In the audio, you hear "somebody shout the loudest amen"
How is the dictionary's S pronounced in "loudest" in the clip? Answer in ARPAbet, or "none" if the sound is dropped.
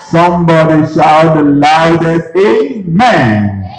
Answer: none